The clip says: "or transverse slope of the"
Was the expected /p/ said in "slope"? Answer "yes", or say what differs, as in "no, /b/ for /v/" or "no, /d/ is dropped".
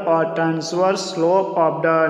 no, /p/ is dropped